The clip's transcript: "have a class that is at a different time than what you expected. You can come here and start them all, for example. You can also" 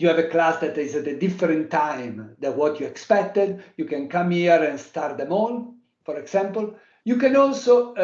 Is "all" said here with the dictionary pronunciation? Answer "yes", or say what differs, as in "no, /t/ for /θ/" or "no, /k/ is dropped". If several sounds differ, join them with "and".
no, /n/ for /l/